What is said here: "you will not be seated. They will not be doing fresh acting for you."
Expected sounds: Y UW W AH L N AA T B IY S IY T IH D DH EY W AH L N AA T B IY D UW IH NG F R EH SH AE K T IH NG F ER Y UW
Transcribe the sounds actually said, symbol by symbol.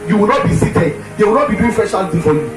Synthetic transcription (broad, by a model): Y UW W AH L N AA T B IY S IY T IH D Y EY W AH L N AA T B IY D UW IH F EH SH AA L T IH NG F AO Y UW